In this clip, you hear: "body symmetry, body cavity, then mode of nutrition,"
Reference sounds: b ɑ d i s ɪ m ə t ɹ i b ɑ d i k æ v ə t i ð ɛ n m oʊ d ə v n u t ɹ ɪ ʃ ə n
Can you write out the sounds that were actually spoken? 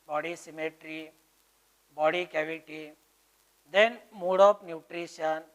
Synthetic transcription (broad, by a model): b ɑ d i s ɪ m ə t ɹ i b ɑ d i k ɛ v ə t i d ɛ n m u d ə p n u t ɹ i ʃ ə n